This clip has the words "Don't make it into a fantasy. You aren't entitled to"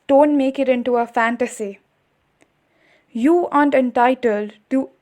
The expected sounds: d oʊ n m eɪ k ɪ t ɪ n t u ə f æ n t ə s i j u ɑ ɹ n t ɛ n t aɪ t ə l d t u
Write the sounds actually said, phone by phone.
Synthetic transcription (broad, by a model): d oʊ n m eɪ k ɪ t ɪ n t u ə f æ n t ə s i j u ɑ n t ɛ n t aɪ t ə l d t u